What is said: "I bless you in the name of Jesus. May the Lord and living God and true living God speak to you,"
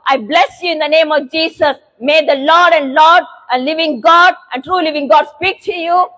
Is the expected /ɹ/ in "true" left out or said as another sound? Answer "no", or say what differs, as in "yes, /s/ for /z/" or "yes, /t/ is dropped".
no